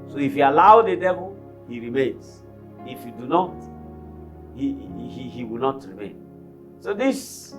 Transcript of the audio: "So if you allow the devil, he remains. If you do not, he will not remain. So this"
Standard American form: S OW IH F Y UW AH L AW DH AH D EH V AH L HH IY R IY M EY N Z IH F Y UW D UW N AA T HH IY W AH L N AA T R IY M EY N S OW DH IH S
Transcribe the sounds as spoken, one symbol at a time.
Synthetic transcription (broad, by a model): S OW IH F Y UW AH L AW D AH D EH V AH L HH IY R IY M EY N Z IH F Y UW D UW N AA T HH IY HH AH W N AA T R IY M EY N S OW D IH S